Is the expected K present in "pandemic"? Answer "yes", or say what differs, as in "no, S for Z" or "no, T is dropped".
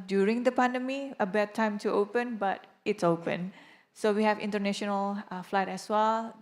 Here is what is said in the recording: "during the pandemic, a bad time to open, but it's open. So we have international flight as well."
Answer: no, K is dropped